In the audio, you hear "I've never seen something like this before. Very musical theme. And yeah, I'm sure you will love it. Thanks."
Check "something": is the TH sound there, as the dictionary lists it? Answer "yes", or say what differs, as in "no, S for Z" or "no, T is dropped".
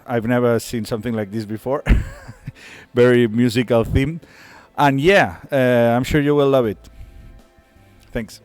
yes